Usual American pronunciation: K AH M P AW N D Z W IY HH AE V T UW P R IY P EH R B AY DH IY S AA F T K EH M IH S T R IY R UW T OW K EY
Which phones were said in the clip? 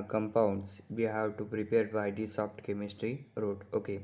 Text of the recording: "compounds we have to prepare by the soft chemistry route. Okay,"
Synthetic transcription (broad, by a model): K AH M P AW N D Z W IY HH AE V T UW P R IY P EH R B AY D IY S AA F T K EH M IH S T R IY R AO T OW K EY